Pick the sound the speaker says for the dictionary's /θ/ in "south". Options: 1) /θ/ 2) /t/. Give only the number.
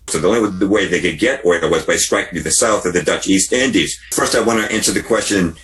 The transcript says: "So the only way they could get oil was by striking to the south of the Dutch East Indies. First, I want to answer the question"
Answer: 1